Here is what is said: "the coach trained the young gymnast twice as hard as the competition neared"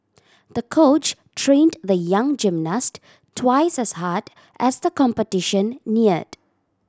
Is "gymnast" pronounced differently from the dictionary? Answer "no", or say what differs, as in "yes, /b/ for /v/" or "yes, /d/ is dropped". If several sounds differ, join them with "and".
no